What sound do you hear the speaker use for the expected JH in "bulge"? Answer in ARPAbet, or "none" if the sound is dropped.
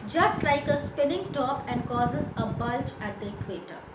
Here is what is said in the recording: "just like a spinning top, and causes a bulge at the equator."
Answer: CH